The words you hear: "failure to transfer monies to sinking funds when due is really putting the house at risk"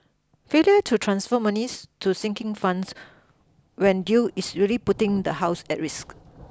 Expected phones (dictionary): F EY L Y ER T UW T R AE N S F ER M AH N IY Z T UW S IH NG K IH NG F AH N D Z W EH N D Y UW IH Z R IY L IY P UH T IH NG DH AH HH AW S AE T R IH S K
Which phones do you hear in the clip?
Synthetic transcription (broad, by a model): F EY L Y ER T UW T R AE N S F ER M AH N IY S T UW S IH NG K IH NG F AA N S W EH N D Y UW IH S R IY L IY P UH T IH NG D AH HH AW S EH T R IH S K